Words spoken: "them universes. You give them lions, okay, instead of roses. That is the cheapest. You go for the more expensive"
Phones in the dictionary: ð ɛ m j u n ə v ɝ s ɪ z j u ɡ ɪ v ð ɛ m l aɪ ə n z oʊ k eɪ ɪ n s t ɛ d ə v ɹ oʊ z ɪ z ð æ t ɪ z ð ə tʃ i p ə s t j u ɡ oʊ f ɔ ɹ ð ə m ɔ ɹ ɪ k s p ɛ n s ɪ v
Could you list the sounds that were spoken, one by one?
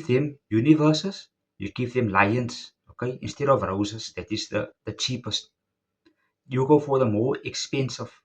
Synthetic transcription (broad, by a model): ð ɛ m j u n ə v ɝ s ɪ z j u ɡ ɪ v ð ɛ m l aɪ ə n s oʊ k eɪ ɪ n s t ɛ d ə v ɹ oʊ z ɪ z ð æ t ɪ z ð ə tʃ i p ə s t j u ɡ oʊ f ɔ ɹ ð ə m ɔ ɹ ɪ k s p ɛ n s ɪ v